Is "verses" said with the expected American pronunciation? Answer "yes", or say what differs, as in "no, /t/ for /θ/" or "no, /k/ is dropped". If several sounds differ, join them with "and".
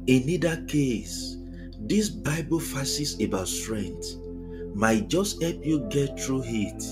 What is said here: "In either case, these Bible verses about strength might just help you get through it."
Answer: no, /f/ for /v/